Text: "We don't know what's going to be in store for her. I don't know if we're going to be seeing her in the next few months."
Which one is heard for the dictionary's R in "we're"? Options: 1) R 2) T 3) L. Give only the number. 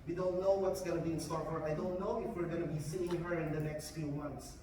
1